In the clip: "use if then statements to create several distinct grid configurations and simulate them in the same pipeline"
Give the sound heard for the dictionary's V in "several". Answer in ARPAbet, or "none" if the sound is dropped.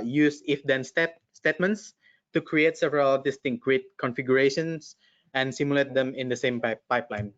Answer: V